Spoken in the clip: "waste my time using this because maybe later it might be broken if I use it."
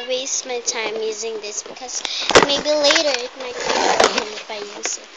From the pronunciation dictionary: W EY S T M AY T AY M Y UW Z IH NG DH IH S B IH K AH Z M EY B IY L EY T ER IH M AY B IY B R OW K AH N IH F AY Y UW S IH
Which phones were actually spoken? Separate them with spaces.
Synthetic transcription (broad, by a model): W EY S T M AY T AY M Y UW Z IH NG DH IH S B IH K AH Z M EY B IY L EY T ER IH M AY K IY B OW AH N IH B AY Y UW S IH